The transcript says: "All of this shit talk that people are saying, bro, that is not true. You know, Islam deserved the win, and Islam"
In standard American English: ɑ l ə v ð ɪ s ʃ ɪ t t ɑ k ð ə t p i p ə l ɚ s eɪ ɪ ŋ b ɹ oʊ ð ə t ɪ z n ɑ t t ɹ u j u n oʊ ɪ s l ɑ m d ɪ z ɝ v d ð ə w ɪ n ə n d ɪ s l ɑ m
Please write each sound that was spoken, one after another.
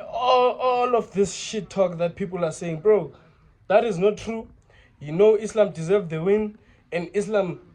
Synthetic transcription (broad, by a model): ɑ l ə f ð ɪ s ʃ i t t ɑ k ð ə t p i p l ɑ s eɪ ɪ ŋ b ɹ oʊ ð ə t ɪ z n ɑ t t ɹ u j u n oʊ ɪ s l ɑ m d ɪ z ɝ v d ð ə w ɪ n ə n d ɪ s l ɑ m